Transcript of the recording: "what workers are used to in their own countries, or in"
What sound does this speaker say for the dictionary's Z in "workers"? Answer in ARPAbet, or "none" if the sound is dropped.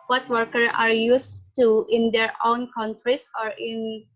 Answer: none